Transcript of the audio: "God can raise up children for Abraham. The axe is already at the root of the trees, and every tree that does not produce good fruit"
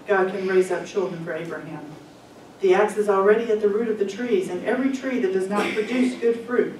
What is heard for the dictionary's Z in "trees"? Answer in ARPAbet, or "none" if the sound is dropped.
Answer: Z